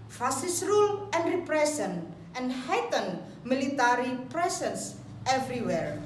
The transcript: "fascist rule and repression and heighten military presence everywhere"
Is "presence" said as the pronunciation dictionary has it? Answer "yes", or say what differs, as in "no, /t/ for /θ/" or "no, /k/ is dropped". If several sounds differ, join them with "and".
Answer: no, /s/ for /z/